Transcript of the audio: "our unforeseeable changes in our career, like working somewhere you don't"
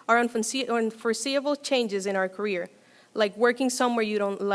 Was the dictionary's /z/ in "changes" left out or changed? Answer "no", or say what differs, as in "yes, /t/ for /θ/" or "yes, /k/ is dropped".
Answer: no